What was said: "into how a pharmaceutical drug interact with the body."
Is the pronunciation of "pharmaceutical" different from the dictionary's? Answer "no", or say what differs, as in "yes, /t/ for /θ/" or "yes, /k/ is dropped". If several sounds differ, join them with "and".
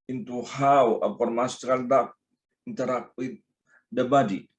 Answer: yes, /p/ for /f/